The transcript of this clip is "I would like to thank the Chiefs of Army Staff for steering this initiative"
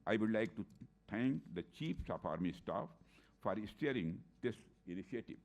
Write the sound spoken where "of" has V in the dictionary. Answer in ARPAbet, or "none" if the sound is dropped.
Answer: P